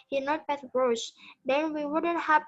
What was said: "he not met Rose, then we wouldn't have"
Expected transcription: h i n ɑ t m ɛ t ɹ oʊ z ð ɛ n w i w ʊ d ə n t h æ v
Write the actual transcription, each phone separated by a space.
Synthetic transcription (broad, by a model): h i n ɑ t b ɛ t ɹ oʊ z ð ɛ n w i w ʊ d ə n t h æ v